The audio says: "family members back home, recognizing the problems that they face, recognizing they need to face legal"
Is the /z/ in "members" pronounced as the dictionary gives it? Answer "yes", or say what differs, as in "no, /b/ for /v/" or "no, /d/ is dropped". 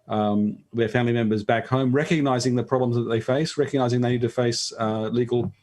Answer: yes